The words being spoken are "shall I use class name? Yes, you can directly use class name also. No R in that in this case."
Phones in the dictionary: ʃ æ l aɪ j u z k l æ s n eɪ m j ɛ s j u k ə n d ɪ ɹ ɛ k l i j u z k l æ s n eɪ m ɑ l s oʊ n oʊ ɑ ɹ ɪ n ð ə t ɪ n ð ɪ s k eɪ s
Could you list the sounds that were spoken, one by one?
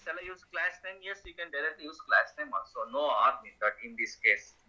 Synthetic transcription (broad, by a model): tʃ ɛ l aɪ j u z k l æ s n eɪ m j ɛ s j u k ə n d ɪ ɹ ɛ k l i j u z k l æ s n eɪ m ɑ s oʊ n oʊ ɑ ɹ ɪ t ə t ɪ n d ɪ s k eɪ s